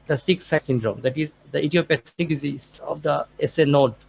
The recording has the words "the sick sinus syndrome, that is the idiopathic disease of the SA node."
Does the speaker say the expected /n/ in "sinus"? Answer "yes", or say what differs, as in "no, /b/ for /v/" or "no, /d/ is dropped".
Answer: no, /n/ is dropped